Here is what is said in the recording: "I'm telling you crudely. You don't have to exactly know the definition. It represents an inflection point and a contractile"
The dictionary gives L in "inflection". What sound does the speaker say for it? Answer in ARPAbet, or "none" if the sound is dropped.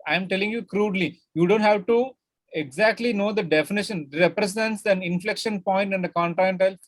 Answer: L